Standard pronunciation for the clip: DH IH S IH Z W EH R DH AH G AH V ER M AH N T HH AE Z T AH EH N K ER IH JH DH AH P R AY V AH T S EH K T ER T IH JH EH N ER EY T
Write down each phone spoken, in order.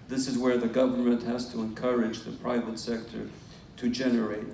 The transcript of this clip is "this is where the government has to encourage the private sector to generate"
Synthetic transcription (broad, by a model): DH IH S IH Z W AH R DH AH G AH V ER M AH N T HH AE Z T AH EH N K ER IH JH DH AH P R AY V AH T S EH K T ER T IH JH EH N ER EY T